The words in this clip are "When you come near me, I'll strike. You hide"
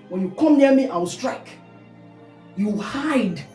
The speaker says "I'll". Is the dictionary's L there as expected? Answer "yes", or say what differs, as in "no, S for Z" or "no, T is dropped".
no, W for L